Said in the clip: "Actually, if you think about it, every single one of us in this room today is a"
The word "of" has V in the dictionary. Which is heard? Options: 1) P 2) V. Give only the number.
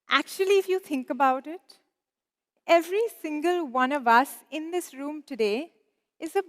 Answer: 2